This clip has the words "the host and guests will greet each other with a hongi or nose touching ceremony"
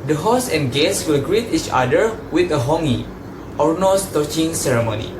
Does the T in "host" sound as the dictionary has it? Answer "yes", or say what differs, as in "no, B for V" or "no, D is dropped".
no, T is dropped